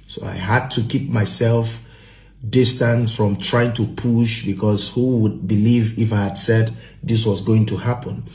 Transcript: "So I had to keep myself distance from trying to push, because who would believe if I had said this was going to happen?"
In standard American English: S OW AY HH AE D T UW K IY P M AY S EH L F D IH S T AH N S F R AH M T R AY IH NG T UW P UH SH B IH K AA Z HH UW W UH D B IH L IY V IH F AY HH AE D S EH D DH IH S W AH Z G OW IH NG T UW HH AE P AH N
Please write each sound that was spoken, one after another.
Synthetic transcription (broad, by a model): S OW AY HH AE D T UW K IY P M AY S EH L F D IH S T AH N S F R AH M T R AY IH NG T UW P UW SH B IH K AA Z HH UW W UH D B IH L IY V IH F AY HH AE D S EH D DH IH S W AH Z G OW IH NG T UW HH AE P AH N